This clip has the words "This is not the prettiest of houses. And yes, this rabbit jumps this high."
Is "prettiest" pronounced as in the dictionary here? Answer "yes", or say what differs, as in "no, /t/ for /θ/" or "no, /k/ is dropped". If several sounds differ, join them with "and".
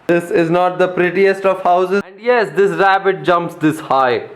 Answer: yes